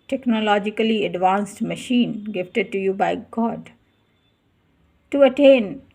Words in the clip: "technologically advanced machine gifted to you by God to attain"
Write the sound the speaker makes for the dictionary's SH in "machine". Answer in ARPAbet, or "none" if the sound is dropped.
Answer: SH